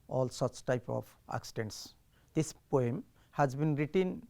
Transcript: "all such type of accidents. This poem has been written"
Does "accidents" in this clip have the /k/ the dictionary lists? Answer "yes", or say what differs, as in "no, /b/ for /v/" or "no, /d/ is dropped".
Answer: yes